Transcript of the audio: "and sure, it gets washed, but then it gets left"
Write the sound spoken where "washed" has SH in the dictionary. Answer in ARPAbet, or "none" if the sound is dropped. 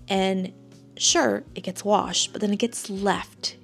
SH